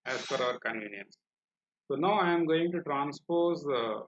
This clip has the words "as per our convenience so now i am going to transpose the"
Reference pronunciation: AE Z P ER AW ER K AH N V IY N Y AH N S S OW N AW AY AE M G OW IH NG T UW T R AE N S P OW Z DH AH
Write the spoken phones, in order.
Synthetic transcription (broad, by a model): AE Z F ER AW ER K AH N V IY N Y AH N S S OW N AW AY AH M G OW IH NG T UW T R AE N S P OW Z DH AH